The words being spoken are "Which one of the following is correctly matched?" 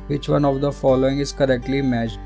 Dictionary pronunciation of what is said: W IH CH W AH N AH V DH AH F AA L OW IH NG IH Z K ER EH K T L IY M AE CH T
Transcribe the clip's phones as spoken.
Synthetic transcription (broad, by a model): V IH CH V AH N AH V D AH F AA L OW IH NG IH Z K ER EH K T L IY M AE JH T